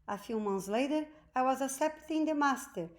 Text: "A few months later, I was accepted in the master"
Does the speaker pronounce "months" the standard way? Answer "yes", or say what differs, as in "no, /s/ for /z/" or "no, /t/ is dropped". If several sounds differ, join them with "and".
no, /t/ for /θ/